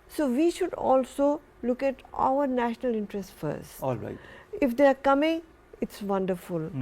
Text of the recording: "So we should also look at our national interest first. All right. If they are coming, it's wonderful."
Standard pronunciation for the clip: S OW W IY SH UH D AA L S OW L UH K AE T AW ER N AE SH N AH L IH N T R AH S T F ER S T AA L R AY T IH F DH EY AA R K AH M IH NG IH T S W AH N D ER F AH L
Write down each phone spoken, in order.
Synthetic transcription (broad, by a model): S OW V IY SH UH D AA L S OW L UH K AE T AW ER N AE SH N AH L IH N T R AH S T F ER S T AA L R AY IH F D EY AA R K AH M IH NG IH T S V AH N D ER F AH L